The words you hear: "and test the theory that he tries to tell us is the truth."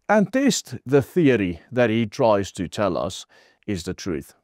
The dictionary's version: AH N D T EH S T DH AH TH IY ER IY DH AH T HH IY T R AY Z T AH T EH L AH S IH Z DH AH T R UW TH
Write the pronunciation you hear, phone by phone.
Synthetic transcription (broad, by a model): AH N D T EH S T DH AH TH IY ER IY DH AH T HH IY T R AY Z T AH T EH L AH S IH Z DH AH T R UW TH